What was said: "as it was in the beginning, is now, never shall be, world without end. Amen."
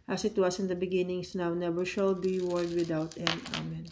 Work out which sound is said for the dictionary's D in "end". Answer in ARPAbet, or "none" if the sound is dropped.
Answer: none